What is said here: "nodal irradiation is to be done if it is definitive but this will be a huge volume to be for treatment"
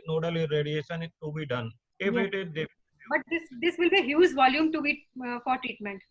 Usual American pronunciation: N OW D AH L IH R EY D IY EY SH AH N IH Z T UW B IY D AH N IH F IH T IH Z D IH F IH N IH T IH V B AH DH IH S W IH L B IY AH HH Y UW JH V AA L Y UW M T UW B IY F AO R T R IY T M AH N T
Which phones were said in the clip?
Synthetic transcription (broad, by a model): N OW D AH L IH R EY D IY EY SH AH N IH T UW B IY D AH N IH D IH T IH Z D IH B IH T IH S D IH S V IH L B IY HH Y UW Z V AA L Y UW M T UW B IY F AO R T R IY T M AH N T